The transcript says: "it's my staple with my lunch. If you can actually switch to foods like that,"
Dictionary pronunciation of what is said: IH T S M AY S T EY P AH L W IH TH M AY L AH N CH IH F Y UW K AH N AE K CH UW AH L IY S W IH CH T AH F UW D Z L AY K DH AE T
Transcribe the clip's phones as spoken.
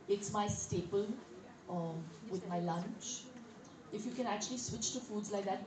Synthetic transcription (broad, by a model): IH T S M AY S T EY P AH L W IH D M AY L AH N CH IH F Y UW K AH N AE K CH UW AH L IY S W IH CH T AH F UW D Z L AY K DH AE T